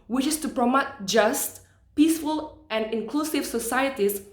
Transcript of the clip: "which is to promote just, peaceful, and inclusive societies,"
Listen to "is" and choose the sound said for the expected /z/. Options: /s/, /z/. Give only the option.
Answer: /s/